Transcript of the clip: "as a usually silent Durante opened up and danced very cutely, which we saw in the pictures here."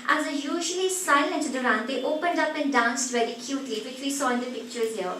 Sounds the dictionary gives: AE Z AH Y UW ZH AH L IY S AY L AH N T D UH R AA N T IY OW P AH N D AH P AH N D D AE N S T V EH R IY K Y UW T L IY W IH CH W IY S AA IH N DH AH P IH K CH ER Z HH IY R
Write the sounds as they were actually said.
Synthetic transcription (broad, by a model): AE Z AH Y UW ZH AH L IY S AY L AH N T D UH R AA N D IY OW P AH N D AH P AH N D D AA N S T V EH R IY K Y UW T L IY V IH CH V IY S AA IH N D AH P IH K CH ER Z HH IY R